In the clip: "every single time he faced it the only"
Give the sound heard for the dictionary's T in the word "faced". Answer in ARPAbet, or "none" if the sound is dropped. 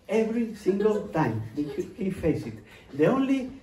none